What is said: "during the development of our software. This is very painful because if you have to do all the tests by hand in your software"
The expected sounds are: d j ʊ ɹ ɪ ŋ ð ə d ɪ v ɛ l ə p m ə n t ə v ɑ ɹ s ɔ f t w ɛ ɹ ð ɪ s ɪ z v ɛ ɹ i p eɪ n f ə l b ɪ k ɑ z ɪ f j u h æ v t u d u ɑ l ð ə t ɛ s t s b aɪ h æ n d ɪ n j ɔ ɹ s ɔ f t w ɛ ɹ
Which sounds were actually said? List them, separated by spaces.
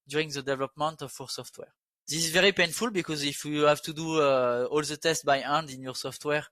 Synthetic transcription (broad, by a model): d j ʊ ɹ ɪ ŋ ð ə d ɪ v ɛ l ə p m ə n t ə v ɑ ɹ s ɔ f t w ɛ ɹ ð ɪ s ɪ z v ɛ ɹ i p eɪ n f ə l b ɪ k ɑ z ɪ f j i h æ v t u d u ɑ l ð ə t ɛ s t b aɪ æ n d ɪ n j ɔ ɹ s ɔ f t w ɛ ɹ